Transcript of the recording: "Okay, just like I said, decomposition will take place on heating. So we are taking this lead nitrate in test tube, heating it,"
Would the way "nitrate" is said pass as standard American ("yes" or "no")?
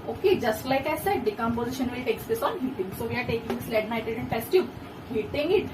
no